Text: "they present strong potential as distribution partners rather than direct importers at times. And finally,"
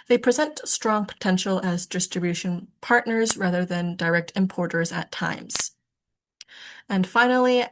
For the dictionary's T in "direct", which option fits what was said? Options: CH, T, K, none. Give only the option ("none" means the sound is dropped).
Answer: T